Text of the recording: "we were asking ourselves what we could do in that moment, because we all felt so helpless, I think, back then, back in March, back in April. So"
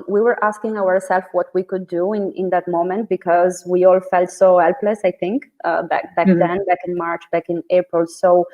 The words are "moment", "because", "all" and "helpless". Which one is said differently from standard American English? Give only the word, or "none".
none